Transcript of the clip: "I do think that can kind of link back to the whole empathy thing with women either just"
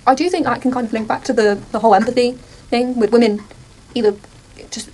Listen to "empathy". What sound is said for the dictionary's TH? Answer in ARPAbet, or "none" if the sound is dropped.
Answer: TH